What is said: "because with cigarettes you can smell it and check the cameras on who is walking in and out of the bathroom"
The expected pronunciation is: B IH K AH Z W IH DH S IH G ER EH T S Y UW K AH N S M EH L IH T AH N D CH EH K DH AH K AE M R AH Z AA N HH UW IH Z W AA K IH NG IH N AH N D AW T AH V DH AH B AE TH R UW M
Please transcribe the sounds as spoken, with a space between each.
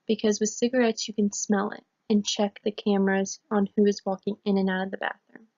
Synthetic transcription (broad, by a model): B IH K AH Z W IH DH S IH G ER EH T S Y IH K AH N S M EH L IH T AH N CH EH K DH AH K AE M R AH Z N HH UW IH Z W AA K IH NG IH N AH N AW T AH V DH AH B AE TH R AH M